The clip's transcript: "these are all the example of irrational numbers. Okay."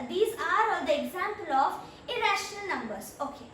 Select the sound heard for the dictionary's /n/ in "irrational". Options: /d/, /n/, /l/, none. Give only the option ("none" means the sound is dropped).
/n/